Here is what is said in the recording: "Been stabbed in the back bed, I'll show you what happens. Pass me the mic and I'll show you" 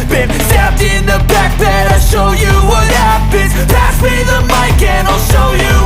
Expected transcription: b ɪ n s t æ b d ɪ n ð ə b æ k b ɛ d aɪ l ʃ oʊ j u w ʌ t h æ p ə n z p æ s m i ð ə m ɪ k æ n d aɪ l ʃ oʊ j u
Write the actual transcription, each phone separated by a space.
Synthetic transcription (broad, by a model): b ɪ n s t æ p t ɪ n ð ə b æ k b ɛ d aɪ ʃ oʊ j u w ʌ t h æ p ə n p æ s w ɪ ð ə m ɪ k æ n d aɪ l ʃ oʊ j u